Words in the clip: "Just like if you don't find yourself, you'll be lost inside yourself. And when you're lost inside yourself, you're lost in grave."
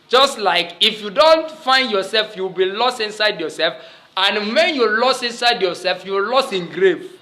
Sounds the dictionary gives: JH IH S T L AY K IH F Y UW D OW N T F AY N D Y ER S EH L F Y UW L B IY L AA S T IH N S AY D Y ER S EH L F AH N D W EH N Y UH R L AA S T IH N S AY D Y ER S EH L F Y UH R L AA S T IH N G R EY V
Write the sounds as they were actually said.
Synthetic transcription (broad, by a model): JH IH S T L AY K IH F Y UW D OW N T F AY N D Y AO S EH L F Y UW W B IY L AA S T IH N S AY D Y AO S EH L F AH N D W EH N Y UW L AA S T IH N S AY D Y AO S EH L F Y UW W L AA S T IH N G R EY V